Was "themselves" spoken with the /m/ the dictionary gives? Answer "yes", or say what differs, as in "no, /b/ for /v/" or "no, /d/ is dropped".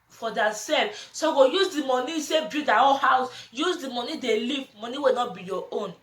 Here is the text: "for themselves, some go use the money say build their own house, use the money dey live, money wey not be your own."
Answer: no, /m/ is dropped